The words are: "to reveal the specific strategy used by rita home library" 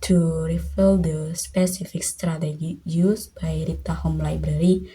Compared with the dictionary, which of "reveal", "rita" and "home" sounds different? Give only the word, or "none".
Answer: reveal